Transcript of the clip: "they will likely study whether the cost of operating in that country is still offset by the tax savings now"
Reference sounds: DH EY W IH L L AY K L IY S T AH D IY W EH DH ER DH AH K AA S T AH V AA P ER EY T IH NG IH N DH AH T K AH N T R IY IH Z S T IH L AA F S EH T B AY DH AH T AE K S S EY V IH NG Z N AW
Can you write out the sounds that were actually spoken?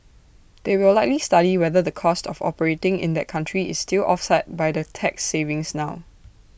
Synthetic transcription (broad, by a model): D EY W IH L L AY K L IY S T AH D IY W EH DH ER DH AH K AA S T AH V AA P ER EY T IH NG IH N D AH T K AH N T R IY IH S T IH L AA F S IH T B AY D AH T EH K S S EY V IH NG S N AW